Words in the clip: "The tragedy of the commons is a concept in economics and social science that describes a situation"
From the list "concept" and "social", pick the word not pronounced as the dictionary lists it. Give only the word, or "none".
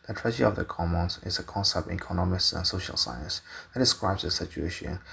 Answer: none